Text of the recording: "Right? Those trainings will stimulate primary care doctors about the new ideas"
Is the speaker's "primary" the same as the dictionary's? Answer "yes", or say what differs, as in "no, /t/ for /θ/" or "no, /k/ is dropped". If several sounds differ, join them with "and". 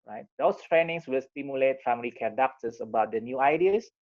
no, /f/ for /p/